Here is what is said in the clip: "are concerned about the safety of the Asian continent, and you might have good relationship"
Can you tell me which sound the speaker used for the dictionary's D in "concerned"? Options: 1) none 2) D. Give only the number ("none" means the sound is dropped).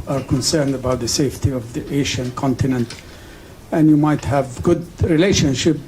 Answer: 2